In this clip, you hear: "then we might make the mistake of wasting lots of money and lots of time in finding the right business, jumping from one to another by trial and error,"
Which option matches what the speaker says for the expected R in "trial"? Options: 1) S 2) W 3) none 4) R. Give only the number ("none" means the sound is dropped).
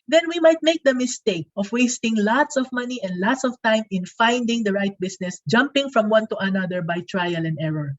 4